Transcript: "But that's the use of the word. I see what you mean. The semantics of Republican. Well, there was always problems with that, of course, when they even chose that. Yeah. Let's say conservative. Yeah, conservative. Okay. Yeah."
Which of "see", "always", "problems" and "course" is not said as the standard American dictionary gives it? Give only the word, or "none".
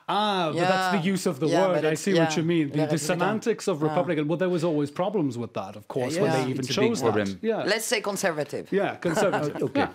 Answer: none